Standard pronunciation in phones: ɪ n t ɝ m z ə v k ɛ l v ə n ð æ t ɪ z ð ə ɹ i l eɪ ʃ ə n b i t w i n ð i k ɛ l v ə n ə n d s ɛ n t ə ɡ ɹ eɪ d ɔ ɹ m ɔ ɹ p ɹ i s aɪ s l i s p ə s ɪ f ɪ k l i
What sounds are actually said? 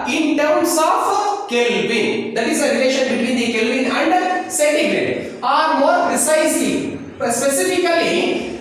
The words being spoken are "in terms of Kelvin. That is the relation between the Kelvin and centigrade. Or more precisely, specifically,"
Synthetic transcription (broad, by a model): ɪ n t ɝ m s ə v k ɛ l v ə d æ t ɪ z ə ɹ i l eɪ ʃ ə n b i t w i n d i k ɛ l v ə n ə n d s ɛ t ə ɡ ɹ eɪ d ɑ ɹ m ɔ ɹ ɹ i s aɪ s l i s p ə s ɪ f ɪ k l i